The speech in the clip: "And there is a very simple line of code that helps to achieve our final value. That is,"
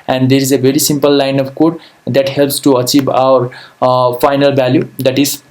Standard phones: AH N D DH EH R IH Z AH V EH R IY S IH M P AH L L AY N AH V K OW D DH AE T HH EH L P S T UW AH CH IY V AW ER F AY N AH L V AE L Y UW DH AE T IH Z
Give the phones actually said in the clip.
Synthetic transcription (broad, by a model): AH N D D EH R IH Z AH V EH R IY S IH M P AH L L AY N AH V K OW D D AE T HH EH L P S T UW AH CH IY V AW ER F AY N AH L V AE L Y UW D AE T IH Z